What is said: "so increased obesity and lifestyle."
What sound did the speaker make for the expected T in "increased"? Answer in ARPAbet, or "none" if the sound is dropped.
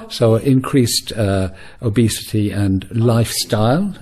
T